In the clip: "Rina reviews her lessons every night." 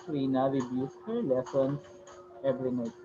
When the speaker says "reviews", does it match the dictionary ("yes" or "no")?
no